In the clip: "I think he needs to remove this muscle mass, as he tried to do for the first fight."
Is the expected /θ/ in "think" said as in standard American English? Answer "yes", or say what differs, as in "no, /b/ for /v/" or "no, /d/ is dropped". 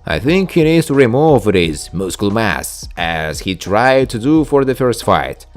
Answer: yes